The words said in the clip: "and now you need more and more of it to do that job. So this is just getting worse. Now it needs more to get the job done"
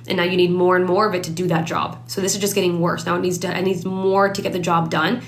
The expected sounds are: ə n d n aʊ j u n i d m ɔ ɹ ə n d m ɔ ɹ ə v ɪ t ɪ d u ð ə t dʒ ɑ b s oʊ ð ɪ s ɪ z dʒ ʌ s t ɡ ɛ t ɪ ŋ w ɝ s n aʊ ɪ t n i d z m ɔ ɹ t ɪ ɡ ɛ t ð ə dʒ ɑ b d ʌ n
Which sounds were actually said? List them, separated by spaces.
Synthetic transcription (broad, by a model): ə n n aʊ j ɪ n i d m ɔ ɹ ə n m ɔ ɹ ə v ɪ t ɪ d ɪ ð ə t dʒ ɑ b s oʊ ð ɪ s ɪ z dʒ ʌ s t ɡ ɛ t ɪ ŋ w ɝ s n aʊ ɪ t n i d z m ɔ ɹ t ɪ ɡ ɛ t ð ə dʒ ɑ b d ʌ n